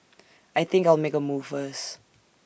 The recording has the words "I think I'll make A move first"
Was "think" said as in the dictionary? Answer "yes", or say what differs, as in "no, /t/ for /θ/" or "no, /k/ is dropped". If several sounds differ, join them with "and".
yes